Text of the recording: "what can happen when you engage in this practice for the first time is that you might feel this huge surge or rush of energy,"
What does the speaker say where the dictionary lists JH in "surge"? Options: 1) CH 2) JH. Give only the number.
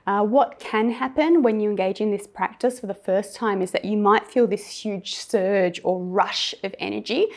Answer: 2